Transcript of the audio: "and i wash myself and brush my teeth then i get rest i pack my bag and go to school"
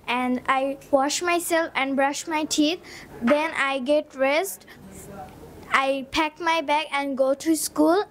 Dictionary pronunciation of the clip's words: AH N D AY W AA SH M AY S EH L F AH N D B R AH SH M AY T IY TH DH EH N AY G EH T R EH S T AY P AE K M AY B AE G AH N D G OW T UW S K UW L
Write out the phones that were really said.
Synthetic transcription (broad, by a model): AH N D AY W AA SH M AY S EH L F AH N D B R AH SH M AY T IY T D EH N AY G EH T R EH S T AY P AE K M AY B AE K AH N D G OW T UW S K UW L